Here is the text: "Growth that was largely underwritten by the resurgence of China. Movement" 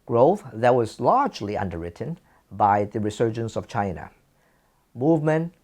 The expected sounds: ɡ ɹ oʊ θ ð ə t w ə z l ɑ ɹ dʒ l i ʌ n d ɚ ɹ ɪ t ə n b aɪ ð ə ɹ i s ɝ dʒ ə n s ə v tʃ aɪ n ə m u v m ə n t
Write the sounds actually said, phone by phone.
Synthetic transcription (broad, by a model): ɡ ɹ oʊ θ ð ə t w ə z l ɑ ɹ dʒ l i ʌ n d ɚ ɹ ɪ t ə n b aɪ ð ə ɹ i s ɝ dʒ ə n s ə v tʃ aɪ n ə m u v m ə n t